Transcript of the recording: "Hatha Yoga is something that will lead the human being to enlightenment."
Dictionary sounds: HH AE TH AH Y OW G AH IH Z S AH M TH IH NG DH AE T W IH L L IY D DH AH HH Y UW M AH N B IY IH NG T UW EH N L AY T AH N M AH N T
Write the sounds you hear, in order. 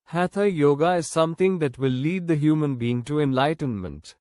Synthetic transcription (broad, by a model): HH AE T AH Y OW G AH IH Z S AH M T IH NG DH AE T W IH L L IY D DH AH HH Y UW M AH N B IY IH NG T UW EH N L AY T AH N M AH N T